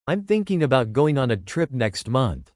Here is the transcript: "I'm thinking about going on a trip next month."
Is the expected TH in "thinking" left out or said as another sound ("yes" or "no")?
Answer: no